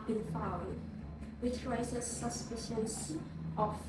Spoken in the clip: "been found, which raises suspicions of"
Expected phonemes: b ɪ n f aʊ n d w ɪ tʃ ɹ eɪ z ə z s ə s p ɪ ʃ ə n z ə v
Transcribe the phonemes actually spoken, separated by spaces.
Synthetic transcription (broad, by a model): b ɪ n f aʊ d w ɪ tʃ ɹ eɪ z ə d s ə s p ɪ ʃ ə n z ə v